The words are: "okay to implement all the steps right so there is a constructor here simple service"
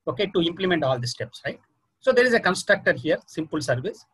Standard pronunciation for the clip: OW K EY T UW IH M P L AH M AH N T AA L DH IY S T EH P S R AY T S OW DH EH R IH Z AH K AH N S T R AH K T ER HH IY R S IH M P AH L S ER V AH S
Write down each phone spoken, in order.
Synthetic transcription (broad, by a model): OW K EY T UW IH M P L AH M AH N T AA L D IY S T EH P S R AY T S OW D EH R IH Z AH K AH N S T R AH K T ER HH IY R S IH M P AH L S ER V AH S